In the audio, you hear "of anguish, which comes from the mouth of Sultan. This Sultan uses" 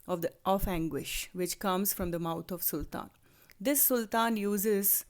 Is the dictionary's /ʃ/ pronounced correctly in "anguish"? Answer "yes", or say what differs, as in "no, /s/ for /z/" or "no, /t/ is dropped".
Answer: yes